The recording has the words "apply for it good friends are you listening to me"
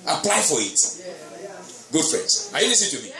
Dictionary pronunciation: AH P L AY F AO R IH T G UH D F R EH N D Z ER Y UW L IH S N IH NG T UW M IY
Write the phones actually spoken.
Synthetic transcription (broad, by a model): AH P L AY F AO R IH T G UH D F R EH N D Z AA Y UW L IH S IH T UW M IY